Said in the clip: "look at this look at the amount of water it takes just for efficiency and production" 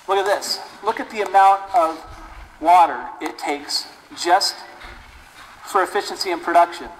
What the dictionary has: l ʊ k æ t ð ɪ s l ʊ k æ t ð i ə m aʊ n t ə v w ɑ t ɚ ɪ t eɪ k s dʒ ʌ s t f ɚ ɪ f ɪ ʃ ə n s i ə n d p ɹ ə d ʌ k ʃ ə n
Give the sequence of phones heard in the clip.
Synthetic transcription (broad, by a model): l ʊ k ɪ t ð ɪ s l ʊ k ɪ t ð i ə m aʊ n t ə v w ɑ t ɚ ɪ t eɪ k s dʒ ʌ s t f ɚ ɪ f ɪ ʃ ə n s i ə n p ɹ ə d ʌ k ʃ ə n